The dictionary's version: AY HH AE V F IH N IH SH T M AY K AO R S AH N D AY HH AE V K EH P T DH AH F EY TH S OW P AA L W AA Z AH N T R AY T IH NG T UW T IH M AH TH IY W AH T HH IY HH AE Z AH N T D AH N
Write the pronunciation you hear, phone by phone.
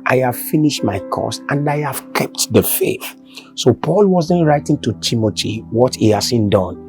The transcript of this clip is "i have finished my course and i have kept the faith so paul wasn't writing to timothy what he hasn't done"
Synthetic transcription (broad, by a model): AY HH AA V F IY N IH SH T M AY K AO S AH N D AY HH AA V K EH P T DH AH F EY TH S OW P AA L W AA Z AH N T R AY T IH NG T UW T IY M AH T IY W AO T HH IY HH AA S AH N D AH N